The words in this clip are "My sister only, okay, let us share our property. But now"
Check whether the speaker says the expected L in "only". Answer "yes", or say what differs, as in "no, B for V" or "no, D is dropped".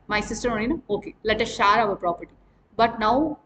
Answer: no, N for L